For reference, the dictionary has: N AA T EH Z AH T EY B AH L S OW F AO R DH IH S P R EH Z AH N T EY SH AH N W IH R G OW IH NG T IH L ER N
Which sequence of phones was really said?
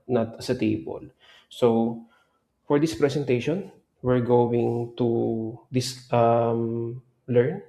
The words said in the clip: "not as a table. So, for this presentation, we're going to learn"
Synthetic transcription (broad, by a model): N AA T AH S AH T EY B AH L S OW F AO R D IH S P R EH S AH N T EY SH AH N W IH R G OW IH NG T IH L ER N